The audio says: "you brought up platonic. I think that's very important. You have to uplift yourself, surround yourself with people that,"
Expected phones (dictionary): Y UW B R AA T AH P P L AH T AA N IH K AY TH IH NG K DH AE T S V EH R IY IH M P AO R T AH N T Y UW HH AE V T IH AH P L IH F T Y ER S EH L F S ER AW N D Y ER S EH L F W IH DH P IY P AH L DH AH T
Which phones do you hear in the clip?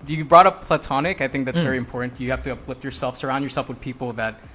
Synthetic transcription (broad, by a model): Y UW B R AA T AH P P L AH T AA N IH K AY TH IH NG K DH AE T S V EH R IY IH M P AO R T N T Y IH HH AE F T IH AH P L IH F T Y ER S EH L F S ER AW N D Y ER S EH L F W IH DH P IY P L DH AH T